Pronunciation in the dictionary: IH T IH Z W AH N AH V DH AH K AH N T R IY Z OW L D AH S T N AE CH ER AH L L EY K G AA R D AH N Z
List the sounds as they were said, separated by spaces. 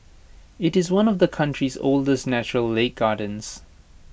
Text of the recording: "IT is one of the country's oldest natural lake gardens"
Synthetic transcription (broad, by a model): IH T IH Z W AH N AH V DH AH K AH N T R IY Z OW L D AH S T N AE CH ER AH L L EY K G AA D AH N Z